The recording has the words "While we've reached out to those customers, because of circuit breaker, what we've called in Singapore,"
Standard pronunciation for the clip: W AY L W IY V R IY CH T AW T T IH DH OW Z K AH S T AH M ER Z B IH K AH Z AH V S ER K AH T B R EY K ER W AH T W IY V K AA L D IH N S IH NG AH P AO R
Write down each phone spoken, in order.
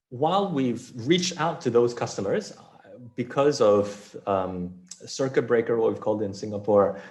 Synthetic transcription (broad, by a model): W AY L W IY V R IY CH T AW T T IH DH OW Z K AH S T AH M ER Z B IH K AH Z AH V S ER K AH T B R EY K ER W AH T W IY V K AA L D IH N S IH NG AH P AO R